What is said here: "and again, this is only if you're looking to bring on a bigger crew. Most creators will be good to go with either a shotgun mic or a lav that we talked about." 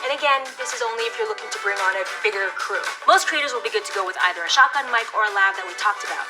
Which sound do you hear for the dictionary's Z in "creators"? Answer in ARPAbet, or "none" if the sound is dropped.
Z